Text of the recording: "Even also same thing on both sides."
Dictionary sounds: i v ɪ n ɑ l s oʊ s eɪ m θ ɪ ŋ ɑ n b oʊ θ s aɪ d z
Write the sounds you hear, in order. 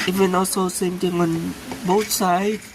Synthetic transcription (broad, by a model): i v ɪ n ɑ l s oʊ s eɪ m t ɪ ŋ ɑ n b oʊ t s aɪ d